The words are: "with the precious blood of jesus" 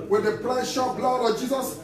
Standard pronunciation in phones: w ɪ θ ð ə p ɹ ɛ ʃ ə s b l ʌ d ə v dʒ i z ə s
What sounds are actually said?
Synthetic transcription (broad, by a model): w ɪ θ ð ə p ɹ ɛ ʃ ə b l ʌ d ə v dʒ i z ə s